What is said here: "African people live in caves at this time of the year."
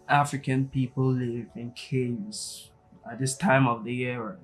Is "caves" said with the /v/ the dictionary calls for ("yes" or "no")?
no